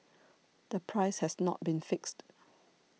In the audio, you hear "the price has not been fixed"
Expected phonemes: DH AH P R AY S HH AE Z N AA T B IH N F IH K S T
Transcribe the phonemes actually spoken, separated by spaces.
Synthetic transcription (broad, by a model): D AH P R AY S HH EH S N AA T B IH N F IH K S T